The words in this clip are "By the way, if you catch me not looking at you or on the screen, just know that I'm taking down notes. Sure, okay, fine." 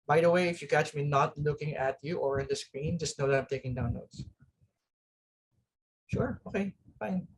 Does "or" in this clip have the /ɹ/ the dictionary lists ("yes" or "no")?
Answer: yes